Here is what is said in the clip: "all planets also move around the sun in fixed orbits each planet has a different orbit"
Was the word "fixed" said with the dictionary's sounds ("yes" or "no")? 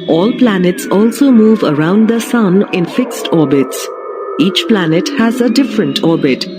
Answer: yes